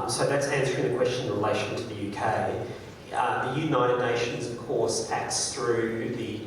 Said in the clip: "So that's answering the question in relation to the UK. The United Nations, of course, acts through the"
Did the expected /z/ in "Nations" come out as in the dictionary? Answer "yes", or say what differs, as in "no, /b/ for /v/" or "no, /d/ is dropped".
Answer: yes